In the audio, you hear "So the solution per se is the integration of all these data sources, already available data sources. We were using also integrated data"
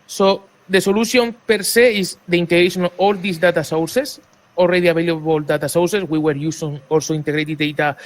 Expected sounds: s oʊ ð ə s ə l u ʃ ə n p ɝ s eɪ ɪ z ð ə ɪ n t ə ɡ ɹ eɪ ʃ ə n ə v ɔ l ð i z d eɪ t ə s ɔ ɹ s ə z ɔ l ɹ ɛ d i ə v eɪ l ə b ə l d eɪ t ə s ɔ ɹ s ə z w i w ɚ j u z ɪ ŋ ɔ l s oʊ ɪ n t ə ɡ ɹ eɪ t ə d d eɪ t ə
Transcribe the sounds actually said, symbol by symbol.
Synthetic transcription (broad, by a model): s oʊ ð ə s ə l u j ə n p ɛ s eɪ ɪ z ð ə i n t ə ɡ ɹ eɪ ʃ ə n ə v ɔ l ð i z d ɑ t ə s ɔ w s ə s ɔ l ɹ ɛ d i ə b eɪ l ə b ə l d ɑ t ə s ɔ w s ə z w i w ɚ j u s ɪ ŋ ɔ l s oʊ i n t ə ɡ ɹ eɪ t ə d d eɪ t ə